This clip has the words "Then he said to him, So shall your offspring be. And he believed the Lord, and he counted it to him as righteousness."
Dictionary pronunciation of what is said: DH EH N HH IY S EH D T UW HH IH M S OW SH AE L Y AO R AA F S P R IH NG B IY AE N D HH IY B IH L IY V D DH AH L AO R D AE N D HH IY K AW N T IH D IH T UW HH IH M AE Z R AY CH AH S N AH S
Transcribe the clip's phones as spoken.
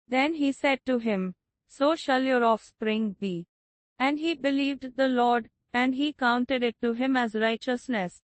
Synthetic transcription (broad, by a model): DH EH N HH IY S EH D T UW HH IH M S OW SH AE L Y AO R AA F S P R IH NG B IY AE N D HH IY B IH L IY V D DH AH L AO R D AE N D HH IY K AW N T IH D IH T UW HH IH M AE Z R AY CH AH S N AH S